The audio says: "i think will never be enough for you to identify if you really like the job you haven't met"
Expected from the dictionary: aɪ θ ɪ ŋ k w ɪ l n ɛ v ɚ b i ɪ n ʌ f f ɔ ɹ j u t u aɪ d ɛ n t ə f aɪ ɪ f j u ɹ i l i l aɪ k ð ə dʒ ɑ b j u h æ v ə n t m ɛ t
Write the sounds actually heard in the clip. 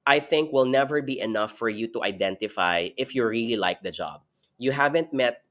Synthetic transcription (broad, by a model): aɪ θ ɪ ŋ k w ɪ l n ɛ v ɚ b i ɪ n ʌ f f ɔ ɹ j u t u aɪ d ɛ n t ə f aɪ ɪ f j u ɹ i l i l aɪ k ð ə dʒ ɑ b j u h æ v ə n t m ɛ t